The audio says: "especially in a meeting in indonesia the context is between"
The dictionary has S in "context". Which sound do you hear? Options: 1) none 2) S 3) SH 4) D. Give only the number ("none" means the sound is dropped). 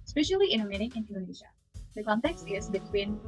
2